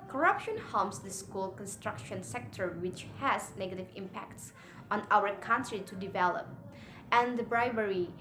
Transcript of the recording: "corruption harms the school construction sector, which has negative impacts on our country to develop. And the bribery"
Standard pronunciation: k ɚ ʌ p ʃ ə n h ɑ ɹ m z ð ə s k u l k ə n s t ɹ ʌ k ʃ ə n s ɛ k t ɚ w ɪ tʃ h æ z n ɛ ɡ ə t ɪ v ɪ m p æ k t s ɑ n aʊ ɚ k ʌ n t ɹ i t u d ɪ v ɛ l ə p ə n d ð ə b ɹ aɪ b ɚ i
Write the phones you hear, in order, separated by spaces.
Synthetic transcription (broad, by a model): k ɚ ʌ p ʃ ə n h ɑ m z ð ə s k u l k ə n s t ɹ ʌ k ʃ ə n s ɛ k t ɚ w ɪ tʃ h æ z n ɛ ɡ ə t ɪ v ɪ m p æ k t s ɑ n aʊ ɚ k ʌ n t ɹ i t u d ɪ v ɛ l ə p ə n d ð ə b ɹ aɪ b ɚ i